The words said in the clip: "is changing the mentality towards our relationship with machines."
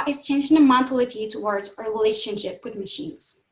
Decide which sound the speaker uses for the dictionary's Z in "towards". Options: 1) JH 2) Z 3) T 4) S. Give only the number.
2